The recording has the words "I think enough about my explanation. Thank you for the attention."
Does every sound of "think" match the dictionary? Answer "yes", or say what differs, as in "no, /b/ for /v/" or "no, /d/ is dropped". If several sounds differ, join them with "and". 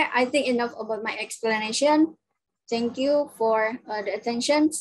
no, /t/ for /θ/